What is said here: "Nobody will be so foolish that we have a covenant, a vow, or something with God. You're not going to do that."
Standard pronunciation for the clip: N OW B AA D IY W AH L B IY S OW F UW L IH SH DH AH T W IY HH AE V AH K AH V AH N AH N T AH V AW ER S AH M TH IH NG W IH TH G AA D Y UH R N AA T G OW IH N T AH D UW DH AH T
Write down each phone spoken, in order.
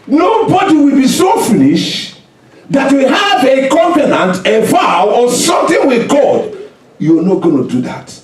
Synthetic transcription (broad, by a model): N OW B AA D IY W AH L B IY S OW F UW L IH SH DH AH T W IY HH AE V AH K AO P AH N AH N T AH V AW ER S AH M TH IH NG W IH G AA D Y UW N AA T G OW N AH D UW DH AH T